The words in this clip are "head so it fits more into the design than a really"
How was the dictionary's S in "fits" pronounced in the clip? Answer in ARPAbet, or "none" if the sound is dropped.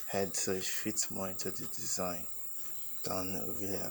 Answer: none